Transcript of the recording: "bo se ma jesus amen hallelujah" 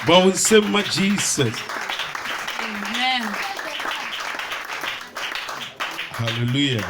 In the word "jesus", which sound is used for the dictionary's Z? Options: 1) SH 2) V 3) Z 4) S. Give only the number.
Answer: 4